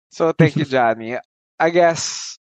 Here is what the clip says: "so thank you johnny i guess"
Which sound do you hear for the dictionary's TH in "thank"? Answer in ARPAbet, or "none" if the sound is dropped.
T